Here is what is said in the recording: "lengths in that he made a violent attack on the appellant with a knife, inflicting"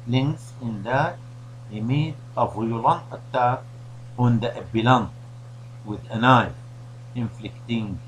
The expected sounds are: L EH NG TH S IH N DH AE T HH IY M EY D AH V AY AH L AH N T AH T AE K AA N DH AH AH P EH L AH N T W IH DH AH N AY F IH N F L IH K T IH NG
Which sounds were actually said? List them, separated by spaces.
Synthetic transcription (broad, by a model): L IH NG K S IH N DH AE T HH IY M EY D AH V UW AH L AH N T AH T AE AA N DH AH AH B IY L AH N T W IH DH AH N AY IH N F L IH K T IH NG